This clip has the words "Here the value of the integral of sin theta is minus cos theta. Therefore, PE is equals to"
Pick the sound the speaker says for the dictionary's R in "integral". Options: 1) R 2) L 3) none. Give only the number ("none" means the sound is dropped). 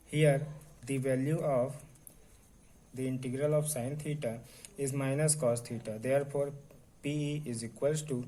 1